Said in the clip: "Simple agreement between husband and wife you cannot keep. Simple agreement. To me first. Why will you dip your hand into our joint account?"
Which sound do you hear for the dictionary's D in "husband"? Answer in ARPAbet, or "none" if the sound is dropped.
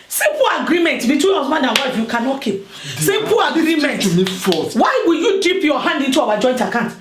none